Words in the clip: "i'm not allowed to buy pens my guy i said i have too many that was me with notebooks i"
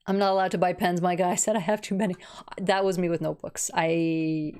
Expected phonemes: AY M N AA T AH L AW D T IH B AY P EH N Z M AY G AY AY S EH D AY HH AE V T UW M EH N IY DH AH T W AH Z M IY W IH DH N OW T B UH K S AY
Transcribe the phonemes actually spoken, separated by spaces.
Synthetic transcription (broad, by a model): AY M N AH T AH L AW D T IH B AY P EH N Z M AY G AY AY S EH D AY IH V T UW M EH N IY DH AH T W AH Z M IY W IH DH N OW T B UH K S AY